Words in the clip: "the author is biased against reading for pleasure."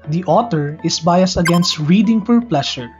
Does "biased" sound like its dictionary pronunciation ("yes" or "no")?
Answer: no